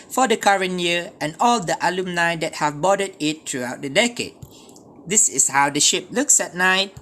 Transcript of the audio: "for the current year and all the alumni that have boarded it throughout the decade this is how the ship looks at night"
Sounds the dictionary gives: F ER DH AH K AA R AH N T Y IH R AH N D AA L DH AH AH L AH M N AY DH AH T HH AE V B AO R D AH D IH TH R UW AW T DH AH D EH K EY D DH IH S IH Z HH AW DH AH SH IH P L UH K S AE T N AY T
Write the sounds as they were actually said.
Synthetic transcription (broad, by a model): F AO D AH K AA R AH N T Y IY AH N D AA L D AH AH L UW M N AY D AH T HH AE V B AO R D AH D IH T R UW AW T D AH D EH K EY D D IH S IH S HH AW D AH SH IH P L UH K S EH T N AY T